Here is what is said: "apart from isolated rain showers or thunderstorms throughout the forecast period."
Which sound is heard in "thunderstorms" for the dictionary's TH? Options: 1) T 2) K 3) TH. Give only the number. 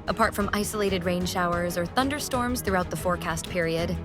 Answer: 3